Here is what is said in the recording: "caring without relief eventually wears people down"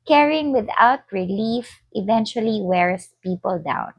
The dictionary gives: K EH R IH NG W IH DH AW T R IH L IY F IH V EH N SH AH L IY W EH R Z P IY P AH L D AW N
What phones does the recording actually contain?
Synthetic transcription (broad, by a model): K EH R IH NG W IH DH AW T R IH L IY F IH V EH N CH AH L IY W EH R S P IY P AH L D AW N